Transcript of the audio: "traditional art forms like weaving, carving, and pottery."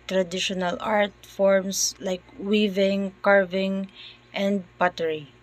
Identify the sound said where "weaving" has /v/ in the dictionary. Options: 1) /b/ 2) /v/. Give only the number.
2